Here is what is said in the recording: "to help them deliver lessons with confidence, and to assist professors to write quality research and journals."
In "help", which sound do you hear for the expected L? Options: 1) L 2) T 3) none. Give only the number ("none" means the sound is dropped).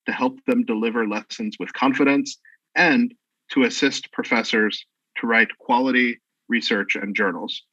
1